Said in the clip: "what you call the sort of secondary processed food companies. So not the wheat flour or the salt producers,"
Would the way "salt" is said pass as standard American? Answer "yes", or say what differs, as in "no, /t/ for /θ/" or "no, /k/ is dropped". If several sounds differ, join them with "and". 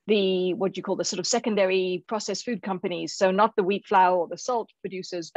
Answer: yes